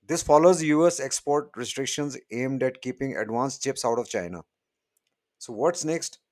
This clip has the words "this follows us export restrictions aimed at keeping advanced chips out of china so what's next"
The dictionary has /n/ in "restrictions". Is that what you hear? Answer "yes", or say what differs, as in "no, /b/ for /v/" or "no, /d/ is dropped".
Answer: yes